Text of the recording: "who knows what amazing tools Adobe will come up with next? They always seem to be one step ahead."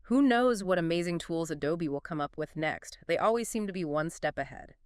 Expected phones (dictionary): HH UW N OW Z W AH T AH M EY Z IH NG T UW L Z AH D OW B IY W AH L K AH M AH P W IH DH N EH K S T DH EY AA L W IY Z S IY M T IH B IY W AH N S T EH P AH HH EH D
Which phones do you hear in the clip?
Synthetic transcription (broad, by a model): HH UW N OW Z W AH T AH M EY Z IH NG T UW L Z AH D OW B IY W AH L K AH M AH P W IH DH N EH K S T DH EY AA L W IY Z S IY M T IH B IY W AH N S T EH P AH HH EH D